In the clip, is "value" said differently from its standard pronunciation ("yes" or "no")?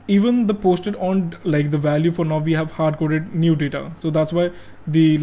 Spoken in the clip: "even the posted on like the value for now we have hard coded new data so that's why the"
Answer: no